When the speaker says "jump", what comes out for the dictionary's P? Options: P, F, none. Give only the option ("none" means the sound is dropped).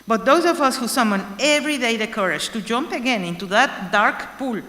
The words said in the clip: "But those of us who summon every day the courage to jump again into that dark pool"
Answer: P